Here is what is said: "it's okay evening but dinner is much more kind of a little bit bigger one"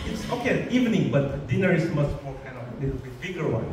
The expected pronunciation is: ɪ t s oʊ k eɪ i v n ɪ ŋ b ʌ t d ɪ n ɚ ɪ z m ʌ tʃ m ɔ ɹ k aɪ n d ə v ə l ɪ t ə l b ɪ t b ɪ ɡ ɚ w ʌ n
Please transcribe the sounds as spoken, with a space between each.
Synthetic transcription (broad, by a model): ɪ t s oʊ k eɪ i v n ɪ ŋ b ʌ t d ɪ n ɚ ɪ s m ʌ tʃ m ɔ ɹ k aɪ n ə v ə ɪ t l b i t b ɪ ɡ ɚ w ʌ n